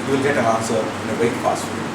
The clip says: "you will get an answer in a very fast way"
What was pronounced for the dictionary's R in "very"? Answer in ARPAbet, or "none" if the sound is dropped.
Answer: none